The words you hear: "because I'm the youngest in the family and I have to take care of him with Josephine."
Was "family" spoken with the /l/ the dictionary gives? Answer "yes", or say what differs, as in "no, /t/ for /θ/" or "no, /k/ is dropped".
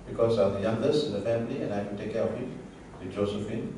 yes